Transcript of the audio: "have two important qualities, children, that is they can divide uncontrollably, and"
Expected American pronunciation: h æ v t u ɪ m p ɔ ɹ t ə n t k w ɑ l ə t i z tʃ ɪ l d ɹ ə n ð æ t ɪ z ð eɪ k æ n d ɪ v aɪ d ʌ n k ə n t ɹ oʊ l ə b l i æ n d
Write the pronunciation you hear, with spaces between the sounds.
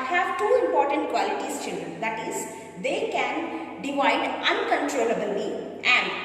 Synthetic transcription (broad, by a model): h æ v t u ɪ m p ɔ ɹ t ə n t k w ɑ l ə t i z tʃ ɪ n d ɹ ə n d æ t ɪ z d eɪ k æ n d ɪ v aɪ d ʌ n k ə n t ɹ oʊ l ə b l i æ n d